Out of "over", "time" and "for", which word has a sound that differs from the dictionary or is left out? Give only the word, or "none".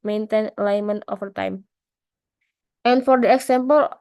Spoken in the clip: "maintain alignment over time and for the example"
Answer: over